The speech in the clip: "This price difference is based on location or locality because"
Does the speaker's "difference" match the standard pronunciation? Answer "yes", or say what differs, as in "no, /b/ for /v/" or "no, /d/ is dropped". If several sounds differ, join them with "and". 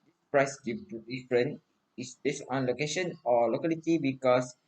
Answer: no, /s/ is dropped